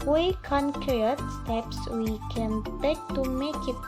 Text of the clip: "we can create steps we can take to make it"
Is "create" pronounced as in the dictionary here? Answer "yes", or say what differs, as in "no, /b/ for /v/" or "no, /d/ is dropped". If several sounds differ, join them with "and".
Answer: no, /ɹ/ is dropped